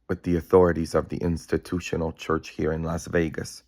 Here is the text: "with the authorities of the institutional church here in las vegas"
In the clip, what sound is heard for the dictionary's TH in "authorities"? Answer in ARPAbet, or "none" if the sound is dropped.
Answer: TH